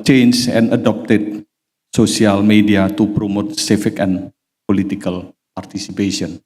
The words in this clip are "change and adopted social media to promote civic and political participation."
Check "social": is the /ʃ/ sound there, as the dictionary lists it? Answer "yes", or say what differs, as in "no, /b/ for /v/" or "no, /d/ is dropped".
no, /s/ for /ʃ/